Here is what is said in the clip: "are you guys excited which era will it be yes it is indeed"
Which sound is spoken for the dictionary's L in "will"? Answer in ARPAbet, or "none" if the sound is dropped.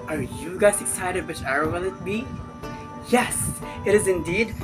N